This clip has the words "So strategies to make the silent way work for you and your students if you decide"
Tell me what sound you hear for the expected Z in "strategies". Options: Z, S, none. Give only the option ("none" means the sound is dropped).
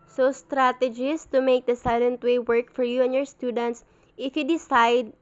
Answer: S